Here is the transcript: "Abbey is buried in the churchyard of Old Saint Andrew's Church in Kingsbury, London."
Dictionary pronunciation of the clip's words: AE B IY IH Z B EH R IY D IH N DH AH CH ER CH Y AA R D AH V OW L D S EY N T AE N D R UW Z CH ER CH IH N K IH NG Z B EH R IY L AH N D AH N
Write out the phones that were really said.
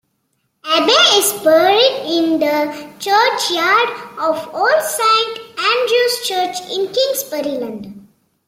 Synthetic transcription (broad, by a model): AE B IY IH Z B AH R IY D IH N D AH CH ER CH Y AA R D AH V OW L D S EY N T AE N D R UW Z CH ER CH IH N K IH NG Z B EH R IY L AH N D